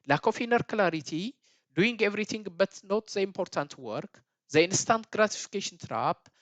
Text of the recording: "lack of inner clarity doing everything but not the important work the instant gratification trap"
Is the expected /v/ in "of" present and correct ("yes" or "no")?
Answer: no